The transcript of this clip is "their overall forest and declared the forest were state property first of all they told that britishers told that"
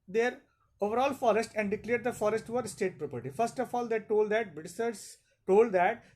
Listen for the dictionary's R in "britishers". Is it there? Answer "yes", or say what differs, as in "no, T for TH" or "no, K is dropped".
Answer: no, R is dropped